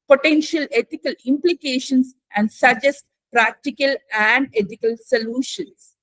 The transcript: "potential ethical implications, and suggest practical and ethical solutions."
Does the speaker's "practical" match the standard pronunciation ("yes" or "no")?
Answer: yes